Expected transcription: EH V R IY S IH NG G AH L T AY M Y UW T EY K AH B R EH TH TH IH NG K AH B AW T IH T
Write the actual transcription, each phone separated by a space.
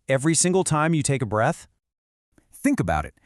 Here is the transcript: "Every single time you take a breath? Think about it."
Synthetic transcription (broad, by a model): EH V R IY S IH NG G L T AY M Y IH T EY K AH B R EH TH TH IH NG K AH B AW T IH T